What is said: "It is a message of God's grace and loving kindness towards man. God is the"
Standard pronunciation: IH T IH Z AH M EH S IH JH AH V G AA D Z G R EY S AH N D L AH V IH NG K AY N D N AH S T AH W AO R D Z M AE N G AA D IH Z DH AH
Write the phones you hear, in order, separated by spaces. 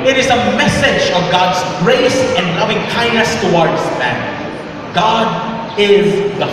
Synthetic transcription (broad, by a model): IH T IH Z AH M EH S IH JH AH V G AA D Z G R EY S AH N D L AH V IH NG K AY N N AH S T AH W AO R D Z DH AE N G AA D IH Z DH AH